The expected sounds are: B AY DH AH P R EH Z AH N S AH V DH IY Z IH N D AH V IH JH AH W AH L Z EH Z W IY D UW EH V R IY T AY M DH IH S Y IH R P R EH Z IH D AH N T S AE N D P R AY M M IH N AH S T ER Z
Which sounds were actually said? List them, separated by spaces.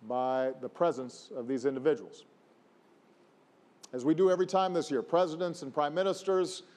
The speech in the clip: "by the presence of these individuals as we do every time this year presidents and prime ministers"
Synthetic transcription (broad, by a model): B AY DH AH P R EH Z AH N S AH V DH IY Z IH N D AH V IH JH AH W L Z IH Z W IY D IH EH V R IY T AY M DH IH S Y IH R P R EH Z IH D AH N T S N P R AY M M IH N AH S T ER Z